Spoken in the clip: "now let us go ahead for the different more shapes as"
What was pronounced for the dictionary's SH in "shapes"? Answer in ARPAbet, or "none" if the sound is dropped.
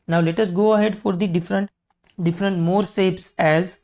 S